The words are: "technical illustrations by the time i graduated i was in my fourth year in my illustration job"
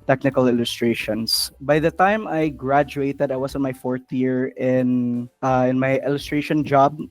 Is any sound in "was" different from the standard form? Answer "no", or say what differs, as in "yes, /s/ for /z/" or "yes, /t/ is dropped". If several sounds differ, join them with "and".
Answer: yes, /s/ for /z/